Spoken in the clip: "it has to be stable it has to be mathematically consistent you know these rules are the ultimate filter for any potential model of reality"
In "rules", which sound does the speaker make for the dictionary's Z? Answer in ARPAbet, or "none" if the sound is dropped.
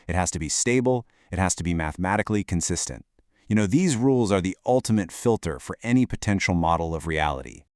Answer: Z